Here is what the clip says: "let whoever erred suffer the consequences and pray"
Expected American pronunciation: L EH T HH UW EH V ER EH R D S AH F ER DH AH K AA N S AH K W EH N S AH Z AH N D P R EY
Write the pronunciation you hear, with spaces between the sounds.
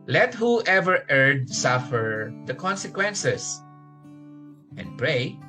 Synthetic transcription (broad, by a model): L EH T HH UW EH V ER EH R D S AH F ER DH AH K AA N S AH K W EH N S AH S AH N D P R EY